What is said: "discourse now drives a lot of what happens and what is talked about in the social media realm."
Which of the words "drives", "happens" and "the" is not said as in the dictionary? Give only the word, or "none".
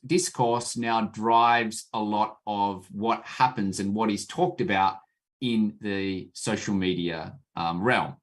none